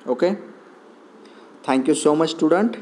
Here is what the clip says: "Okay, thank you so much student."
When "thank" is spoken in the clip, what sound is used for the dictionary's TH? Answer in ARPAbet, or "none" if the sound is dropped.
T